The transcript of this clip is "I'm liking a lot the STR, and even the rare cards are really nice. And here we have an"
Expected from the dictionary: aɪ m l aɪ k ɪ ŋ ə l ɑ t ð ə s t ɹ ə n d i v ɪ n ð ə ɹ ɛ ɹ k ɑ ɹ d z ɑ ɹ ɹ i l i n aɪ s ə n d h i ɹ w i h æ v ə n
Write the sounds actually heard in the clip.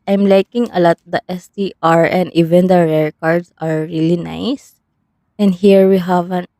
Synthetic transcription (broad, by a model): aɪ m l aɪ k ɪ ŋ ə l ɑ t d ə s t ɹ ə n d i v ɪ n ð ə ɹ ɛ ɹ k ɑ ɹ d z ɑ ɹ ɹ i l i n aɪ s ə n d h i ɹ w i h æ v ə n